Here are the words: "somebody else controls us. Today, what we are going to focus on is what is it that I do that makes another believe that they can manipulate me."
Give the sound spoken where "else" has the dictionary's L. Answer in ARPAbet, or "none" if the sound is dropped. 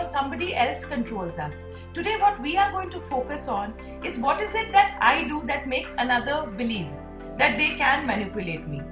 L